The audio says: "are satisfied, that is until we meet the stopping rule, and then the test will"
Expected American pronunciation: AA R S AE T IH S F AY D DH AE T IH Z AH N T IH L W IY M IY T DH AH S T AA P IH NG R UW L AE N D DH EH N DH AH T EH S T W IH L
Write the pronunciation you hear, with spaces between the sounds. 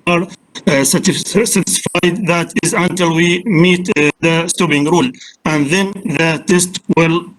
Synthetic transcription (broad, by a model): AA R S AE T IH S F AY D DH AE T IH Z AH N T IH L W IY M IY T DH AH S T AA B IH NG R UW L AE N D DH EH N DH AH T EH S T W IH L